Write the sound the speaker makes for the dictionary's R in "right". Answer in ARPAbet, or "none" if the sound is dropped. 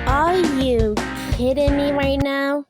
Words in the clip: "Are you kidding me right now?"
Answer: R